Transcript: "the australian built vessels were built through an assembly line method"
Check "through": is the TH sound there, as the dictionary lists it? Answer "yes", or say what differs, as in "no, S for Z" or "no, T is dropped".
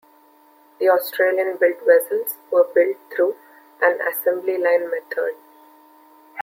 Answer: no, T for TH